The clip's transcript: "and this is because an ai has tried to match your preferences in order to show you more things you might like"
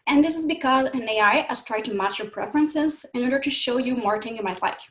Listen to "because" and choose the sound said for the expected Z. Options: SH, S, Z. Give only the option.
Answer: Z